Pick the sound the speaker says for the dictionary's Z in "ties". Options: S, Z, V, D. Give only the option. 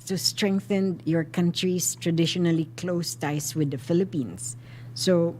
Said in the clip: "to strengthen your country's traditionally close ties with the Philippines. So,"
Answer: S